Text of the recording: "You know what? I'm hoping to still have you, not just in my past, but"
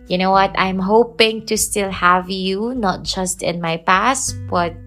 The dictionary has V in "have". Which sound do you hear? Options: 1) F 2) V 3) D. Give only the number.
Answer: 2